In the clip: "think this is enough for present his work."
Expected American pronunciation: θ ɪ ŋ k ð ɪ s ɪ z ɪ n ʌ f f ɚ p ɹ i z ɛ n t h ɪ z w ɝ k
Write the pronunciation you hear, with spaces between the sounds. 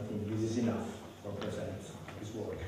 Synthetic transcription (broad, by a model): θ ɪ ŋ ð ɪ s ɪ z ɪ n ʌ f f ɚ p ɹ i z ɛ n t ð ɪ s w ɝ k